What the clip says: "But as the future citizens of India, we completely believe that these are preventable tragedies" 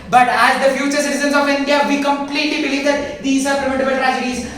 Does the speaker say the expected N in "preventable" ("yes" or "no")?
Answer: no